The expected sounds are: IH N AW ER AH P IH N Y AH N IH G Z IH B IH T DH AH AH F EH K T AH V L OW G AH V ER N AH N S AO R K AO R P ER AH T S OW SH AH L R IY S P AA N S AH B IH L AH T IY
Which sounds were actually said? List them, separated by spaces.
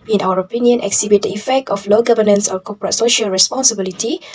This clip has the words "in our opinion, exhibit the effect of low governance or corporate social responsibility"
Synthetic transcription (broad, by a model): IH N AW ER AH P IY N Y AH N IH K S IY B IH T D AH AH F EH K T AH F L OW G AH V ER N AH N S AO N K AO P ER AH T S OW SH AH L R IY S P AA N S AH B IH L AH T IY